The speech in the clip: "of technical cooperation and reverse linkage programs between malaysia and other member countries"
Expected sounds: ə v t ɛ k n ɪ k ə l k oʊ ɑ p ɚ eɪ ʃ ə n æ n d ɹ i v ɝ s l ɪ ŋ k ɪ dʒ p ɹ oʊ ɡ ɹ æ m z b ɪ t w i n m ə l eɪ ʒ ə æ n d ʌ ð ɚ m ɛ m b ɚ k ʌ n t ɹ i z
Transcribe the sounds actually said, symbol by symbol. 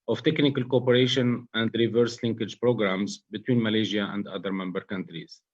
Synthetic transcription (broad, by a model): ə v t ɛ k n ɪ k ə l k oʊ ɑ p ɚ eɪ ʃ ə n æ n d ɹ i v ɝ s l ɪ ŋ k ɪ dʒ p ɹ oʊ ɡ ɹ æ m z b ɪ t w i n m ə l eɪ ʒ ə æ n d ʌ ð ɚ m ɛ m b ɚ k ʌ n t ɹ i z